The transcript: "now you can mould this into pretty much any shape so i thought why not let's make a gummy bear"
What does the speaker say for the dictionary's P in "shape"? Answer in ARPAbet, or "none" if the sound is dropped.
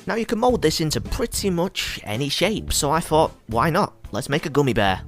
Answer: P